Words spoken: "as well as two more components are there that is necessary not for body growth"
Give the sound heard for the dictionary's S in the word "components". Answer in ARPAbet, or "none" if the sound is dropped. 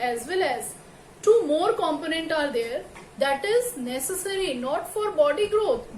none